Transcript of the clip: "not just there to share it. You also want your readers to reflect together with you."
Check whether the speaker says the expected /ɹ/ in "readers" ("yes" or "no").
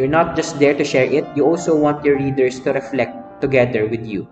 no